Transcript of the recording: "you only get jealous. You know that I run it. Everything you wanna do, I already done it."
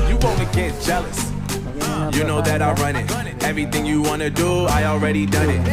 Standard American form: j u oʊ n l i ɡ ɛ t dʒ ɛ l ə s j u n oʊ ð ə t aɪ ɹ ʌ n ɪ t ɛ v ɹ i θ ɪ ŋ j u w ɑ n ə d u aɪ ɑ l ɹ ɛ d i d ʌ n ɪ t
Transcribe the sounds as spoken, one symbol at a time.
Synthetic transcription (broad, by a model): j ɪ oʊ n i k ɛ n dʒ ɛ l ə s j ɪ n oʊ ð ə t aɪ ɹ ʌ n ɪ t ɛ v ɹ i θ ɪ ŋ j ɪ w ɑ n ə d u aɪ ɑ l ɹ ɛ d i d ʌ n ɪ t